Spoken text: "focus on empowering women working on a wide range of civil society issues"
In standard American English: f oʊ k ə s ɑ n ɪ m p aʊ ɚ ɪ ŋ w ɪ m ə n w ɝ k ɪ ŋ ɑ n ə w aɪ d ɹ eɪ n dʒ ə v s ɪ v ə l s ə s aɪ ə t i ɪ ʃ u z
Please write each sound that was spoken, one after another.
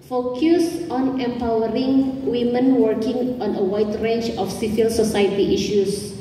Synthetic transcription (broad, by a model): f oʊ k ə s ɑ n ɪ m p aʊ ɚ ɪ ŋ w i m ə n w ɝ k ɪ ŋ ɑ n ə w aɪ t ɹ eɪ n tʃ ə f s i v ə l s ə s aɪ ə t i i ʃ u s